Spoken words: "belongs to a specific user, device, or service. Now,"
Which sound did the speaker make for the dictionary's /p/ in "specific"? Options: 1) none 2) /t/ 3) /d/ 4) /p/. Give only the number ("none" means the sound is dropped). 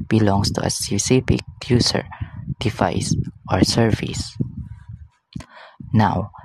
1